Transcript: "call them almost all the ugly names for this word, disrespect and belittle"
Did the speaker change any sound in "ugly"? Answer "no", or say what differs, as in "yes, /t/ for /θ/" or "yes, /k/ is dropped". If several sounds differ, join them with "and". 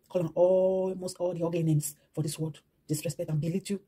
yes, /l/ is dropped